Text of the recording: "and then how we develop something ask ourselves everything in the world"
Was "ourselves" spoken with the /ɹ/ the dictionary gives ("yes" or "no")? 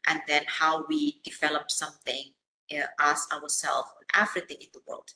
no